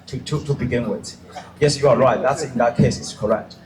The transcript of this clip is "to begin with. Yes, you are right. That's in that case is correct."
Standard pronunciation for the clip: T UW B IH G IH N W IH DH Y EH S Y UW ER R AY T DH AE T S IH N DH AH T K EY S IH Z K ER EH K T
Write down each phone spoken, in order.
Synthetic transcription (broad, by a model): T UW B IH G IH N W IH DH Y EH S Y UW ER R AY T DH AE T S IH N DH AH T K EY S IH S K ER EH K T